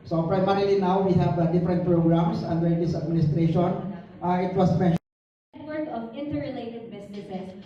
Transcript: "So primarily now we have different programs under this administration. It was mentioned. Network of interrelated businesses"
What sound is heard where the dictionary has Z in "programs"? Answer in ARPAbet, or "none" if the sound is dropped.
S